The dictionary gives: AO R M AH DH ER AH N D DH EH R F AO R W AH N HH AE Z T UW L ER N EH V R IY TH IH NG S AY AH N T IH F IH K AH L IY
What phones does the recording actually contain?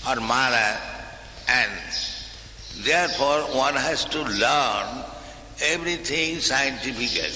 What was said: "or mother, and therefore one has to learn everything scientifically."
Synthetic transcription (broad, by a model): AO R M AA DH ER AH N D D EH R P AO R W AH N HH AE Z T UW L ER N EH B R IY T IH NG S AY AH N T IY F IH K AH L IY